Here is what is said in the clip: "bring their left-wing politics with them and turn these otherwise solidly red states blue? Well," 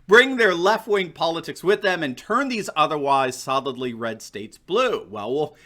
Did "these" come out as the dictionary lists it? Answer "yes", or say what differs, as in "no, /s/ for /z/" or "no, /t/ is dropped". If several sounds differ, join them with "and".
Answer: yes